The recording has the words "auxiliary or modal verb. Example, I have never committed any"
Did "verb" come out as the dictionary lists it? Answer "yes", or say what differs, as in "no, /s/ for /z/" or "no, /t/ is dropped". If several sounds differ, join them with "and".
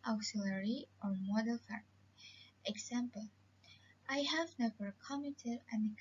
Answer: no, /f/ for /v/ and /b/ is dropped